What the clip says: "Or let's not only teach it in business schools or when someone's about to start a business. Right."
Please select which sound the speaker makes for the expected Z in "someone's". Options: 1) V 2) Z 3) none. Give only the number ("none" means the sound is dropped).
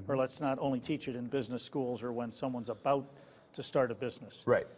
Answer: 2